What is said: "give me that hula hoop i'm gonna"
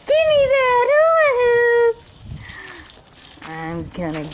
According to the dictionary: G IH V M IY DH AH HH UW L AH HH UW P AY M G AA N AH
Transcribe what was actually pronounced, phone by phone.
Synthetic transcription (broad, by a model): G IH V M IY DH AH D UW AH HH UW AY M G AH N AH